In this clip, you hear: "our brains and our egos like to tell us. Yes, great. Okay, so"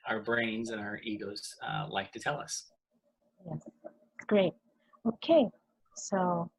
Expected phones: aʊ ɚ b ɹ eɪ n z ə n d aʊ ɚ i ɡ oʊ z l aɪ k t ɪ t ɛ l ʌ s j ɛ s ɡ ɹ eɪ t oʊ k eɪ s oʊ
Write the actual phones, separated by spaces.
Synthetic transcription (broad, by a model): aʊ ɚ b ɹ eɪ n z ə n aʊ ɚ i ɡ oʊ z l aɪ k t ɪ t ɛ l ʌ s j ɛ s ɡ ɹ eɪ t oʊ k eɪ s oʊ